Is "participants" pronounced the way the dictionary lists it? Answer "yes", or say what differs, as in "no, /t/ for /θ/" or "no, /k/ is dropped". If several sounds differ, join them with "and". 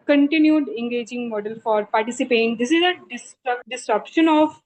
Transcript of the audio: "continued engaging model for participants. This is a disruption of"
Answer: no, /n/ is dropped